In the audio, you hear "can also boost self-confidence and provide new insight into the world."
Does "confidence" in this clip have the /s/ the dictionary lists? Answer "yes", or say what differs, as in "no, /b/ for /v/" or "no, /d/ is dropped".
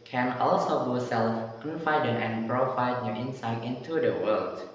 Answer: no, /s/ is dropped